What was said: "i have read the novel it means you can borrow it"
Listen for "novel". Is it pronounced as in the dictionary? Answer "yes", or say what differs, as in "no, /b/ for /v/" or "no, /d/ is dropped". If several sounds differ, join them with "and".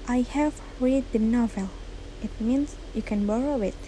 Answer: yes